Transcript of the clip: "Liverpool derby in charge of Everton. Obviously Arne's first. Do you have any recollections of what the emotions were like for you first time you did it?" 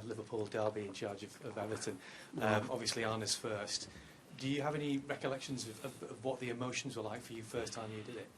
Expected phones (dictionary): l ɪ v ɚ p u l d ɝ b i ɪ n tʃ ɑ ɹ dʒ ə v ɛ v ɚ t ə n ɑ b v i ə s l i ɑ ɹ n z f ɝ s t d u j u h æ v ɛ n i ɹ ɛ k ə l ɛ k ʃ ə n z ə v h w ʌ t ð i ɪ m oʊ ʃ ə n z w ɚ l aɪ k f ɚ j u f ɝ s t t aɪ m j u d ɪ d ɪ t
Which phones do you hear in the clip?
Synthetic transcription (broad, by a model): l ɪ v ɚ p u l d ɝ b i ɪ n tʃ ɑ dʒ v ə v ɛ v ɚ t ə n ɑ b v i ə s l i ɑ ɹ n s f ɝ s t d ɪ j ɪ v ɛ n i ɹ ɛ k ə l ɛ k ʃ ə n z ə v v w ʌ t ð i ɪ m oʊ ʃ ə n z w ɚ l aɪ k f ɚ j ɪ f ɝ s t t aɪ m j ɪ d ɪ d ɪ t